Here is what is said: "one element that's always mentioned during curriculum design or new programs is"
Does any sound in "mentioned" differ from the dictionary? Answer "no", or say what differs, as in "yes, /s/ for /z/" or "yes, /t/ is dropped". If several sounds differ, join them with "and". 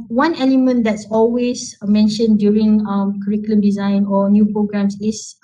no